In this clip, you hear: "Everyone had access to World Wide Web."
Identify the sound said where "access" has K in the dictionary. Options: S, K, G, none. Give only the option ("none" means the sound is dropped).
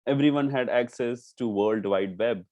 K